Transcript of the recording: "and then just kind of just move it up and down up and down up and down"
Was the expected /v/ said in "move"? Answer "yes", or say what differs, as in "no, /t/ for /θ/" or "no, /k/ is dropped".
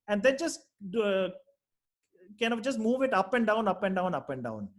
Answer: yes